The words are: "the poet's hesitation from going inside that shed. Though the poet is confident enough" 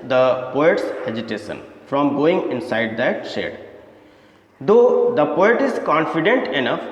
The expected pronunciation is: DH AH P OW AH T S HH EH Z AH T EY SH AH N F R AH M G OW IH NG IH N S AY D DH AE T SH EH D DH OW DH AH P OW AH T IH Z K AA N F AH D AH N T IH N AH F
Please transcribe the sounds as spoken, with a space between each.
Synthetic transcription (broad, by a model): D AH P OW AH T S HH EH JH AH T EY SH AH N F R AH M G OW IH NG IH N S AY D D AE T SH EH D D OW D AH P OW AH T IH Z K AA N F AH D AH N T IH N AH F